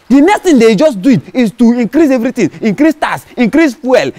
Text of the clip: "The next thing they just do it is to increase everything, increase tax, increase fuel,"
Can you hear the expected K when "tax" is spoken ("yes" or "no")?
no